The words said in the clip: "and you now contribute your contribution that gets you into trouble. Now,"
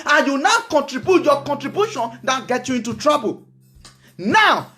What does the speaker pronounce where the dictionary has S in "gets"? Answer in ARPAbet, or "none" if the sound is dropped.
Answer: none